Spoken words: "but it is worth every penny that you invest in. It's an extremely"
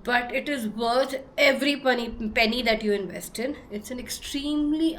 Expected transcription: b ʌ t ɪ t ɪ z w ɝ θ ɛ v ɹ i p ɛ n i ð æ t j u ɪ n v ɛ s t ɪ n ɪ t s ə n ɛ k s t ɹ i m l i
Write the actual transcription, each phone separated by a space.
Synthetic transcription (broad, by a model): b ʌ t ɪ t ɪ z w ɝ t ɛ v ɹ i p ɛ n i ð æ t j u ɪ n v ɛ s t ɪ n ɪ t s ə n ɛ k s t ɹ i m l i